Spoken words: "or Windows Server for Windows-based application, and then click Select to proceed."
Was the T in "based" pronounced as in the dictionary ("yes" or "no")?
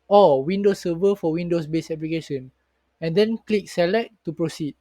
no